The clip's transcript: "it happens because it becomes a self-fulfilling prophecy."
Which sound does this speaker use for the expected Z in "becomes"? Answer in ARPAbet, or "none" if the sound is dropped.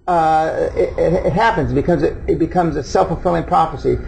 Z